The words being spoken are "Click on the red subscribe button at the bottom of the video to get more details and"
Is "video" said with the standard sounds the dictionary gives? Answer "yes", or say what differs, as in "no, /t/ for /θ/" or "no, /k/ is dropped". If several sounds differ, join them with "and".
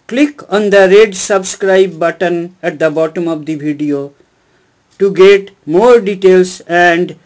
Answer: no, /b/ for /v/